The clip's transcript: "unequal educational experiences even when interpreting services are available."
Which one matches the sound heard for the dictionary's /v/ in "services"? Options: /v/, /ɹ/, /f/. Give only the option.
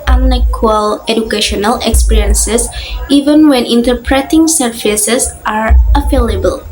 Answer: /f/